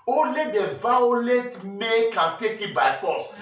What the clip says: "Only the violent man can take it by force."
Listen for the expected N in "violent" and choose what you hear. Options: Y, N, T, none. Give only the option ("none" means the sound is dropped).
none